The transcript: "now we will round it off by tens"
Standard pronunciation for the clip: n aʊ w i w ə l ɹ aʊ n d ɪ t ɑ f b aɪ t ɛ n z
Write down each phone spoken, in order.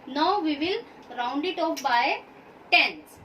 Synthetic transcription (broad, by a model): n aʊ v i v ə l ɹ aʊ n d ɪ t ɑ p b aɪ t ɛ n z